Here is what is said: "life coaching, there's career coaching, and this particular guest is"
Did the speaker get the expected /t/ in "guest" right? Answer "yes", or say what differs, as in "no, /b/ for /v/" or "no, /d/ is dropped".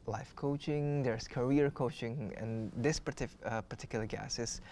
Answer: no, /t/ is dropped